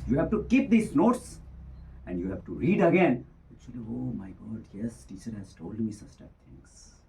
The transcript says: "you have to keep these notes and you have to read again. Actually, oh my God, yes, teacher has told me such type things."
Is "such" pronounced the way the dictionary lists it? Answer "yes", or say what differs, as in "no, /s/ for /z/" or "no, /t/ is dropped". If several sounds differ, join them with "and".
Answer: no, /s/ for /tʃ/